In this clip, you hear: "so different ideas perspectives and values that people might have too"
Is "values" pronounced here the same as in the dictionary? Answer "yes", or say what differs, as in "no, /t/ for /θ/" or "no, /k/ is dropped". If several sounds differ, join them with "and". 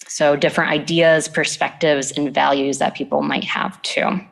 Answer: yes